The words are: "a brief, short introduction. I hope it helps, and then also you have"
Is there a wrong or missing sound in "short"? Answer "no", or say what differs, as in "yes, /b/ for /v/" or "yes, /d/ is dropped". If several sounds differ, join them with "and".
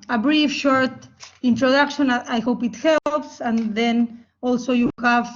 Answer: no